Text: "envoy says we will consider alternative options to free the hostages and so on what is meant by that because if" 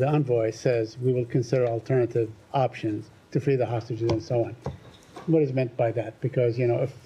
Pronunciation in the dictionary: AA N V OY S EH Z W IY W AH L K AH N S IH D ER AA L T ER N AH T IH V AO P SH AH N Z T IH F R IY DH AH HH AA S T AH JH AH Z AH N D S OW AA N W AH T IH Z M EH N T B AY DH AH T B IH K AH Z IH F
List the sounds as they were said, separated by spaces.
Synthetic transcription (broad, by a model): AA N V OY S EH Z W IY W AH L K AH N S IH D ER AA L T ER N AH T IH V AO P SH AH N Z T IH F R IY DH AH HH AA S T AH JH AH Z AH N S OW AA N W AH T IH Z M EH N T B AY DH AH T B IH K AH Z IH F